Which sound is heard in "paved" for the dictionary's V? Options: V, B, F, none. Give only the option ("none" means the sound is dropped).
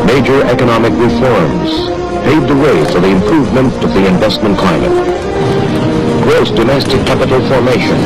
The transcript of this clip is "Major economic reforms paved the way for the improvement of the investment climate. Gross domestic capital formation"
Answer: none